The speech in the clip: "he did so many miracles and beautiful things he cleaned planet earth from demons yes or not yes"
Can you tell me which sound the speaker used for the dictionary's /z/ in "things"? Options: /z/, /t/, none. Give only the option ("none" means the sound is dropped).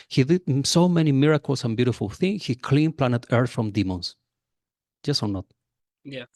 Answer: none